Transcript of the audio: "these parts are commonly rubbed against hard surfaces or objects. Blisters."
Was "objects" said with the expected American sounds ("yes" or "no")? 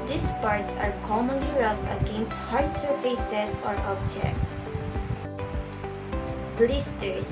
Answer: yes